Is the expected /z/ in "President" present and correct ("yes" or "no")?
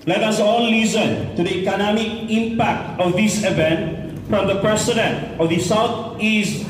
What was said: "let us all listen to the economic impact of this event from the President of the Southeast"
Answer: no